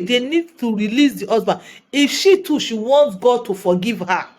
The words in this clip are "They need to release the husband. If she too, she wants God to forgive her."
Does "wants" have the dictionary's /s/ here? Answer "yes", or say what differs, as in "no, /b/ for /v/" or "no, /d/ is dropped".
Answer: no, /s/ is dropped